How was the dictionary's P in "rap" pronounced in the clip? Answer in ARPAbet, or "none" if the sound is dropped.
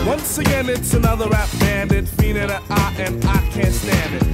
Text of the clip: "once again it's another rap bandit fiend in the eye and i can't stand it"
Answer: F